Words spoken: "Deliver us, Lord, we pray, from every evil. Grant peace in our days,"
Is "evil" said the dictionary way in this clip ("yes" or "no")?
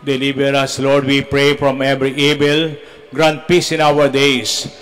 no